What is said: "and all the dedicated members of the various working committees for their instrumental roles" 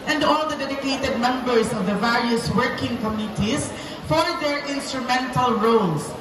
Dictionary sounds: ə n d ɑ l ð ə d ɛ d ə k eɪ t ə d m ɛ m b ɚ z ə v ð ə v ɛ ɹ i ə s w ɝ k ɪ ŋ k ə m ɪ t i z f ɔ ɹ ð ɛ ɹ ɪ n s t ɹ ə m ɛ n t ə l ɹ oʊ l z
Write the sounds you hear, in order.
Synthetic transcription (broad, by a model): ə n d ɑ l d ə d ɛ d ə k eɪ t ə d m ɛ m b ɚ s ə v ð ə v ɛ ɹ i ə s w ɝ k ɪ ŋ k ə m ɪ t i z f ɔ ɹ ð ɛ ɹ ɪ n s t ɹ ə m ɛ n t ə l ɹ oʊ l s